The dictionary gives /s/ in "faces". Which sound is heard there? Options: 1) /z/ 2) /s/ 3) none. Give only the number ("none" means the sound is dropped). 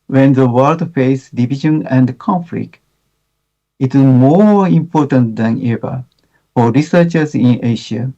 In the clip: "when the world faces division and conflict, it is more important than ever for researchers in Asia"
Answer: 3